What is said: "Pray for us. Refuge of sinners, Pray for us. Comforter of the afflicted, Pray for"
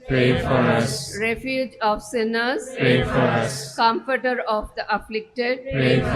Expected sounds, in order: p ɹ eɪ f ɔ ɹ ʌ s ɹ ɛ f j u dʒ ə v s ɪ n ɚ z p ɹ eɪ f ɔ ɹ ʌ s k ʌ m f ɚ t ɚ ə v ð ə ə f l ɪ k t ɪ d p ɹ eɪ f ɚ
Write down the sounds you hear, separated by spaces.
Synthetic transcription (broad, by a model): p ɹ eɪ f ɔ ɹ ʌ s ɹ ɛ f j u dʒ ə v s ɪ n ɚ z p ɹ eɪ f ɔ ɹ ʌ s k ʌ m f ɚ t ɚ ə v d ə ə f l ɪ k t ɪ d p ɹ eɪ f